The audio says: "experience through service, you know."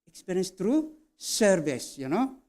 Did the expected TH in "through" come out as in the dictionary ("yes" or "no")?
no